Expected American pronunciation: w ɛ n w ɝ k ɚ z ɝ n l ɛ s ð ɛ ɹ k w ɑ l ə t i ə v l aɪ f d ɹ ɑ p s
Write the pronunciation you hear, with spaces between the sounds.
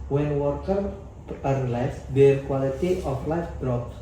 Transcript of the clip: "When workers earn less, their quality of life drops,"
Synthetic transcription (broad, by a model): w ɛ n w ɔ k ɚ ɝ l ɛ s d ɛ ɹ k w ɑ l ə t i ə f l aɪ f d ɹ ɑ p s